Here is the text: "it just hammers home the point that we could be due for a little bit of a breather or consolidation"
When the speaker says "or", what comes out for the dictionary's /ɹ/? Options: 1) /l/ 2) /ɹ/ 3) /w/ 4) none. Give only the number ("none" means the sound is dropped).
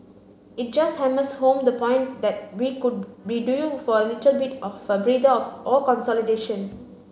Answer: 1